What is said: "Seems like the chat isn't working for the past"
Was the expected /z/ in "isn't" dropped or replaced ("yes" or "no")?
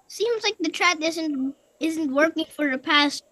no